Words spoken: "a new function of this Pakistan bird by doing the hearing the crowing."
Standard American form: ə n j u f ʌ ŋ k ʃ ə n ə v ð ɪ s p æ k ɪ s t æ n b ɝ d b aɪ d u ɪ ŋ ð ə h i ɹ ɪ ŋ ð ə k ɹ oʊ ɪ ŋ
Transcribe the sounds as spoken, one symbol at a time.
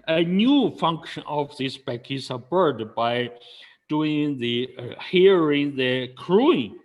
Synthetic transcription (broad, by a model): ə n j u f ʌ ŋ k ʃ ə n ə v ð ɪ s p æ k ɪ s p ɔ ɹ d b aɪ d u ɪ ŋ ð ə h i ɹ ɪ ŋ ð ə k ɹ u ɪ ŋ